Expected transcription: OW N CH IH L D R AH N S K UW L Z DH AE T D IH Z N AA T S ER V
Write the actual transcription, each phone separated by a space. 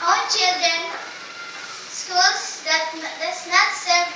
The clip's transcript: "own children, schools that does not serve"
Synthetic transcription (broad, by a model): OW CH IH L D R AH N S K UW L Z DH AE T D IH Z N AA T S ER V